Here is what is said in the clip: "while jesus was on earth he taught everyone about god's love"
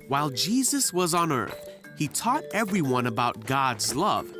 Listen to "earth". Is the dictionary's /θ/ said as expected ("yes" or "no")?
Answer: yes